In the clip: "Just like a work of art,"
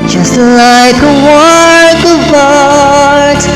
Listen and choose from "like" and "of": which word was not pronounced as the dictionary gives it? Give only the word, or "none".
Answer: of